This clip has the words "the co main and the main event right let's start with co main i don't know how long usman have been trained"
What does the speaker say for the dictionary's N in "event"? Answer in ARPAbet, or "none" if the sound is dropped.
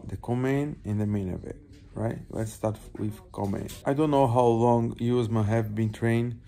none